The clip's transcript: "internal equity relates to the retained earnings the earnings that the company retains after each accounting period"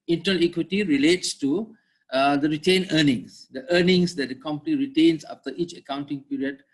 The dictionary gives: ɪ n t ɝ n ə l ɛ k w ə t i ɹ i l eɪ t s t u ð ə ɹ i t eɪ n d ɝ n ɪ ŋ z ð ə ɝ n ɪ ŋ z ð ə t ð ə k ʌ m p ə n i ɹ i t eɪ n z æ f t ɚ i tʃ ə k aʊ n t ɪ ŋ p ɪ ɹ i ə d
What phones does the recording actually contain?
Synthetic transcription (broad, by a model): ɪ n t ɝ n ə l ɛ k w ə t i ɹ i l eɪ t s t u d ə ɹ i t eɪ n ɝ n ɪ ŋ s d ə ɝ n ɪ ŋ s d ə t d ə k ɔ m p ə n i ɹ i t eɪ n s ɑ f t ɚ i tʃ ə k aʊ n t ɪ ŋ p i ɹ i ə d